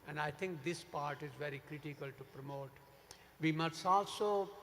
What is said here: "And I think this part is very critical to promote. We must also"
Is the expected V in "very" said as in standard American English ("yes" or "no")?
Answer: yes